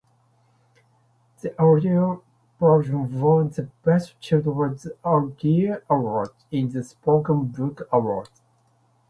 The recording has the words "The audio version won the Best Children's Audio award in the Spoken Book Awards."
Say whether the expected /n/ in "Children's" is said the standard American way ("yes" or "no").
no